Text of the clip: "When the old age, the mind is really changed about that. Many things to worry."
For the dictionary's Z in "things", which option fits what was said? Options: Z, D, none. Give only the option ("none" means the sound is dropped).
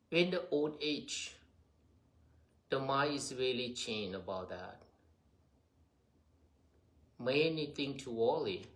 none